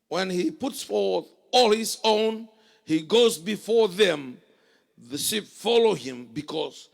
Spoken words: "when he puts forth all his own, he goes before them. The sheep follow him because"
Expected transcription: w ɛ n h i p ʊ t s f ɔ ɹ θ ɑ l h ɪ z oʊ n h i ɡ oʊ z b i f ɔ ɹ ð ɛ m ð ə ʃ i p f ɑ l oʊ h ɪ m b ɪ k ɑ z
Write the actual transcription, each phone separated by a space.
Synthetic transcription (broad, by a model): w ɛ n h i p ʊ t s f ɔ ɹ θ ɑ l h ɪ z oʊ n h i ɡ oʊ z b i f ɔ ɹ ð ɛ m ð ə ʃ i p f ɑ l oʊ h ɪ m b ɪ k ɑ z